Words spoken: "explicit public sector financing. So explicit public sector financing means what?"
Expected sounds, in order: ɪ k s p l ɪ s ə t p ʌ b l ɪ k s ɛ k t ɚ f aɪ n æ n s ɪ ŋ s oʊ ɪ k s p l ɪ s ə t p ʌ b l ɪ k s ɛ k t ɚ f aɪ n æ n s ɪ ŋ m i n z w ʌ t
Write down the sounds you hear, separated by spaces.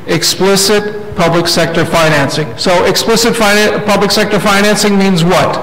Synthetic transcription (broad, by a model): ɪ k s p l ɪ s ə t p ʌ b l ɪ k s ɛ k t ɚ f aɪ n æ n s ɪ ŋ s oʊ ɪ k s p l ɪ s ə t p ʌ b l ɪ k s ɛ k t ɚ f aɪ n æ n s ɪ ŋ m i n z w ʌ t